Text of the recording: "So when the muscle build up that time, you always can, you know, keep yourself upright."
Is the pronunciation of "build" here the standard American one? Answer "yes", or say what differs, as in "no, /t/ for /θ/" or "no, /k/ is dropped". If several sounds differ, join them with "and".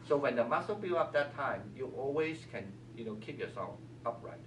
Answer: no, /d/ is dropped